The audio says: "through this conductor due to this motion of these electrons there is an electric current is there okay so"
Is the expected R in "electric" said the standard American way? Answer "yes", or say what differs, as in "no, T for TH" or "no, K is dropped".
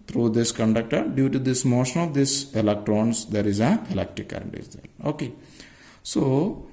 no, R is dropped